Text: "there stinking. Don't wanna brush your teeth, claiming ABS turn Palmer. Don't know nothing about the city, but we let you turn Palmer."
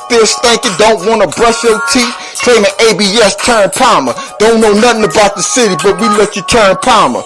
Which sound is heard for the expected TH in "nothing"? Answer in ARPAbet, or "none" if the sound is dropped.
TH